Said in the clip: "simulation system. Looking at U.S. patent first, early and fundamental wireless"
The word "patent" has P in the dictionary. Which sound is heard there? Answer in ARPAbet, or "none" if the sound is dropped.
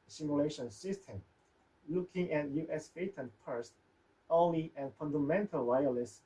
F